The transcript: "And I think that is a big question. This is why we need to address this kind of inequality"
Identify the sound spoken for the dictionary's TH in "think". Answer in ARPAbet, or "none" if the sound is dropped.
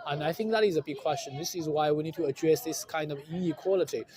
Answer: TH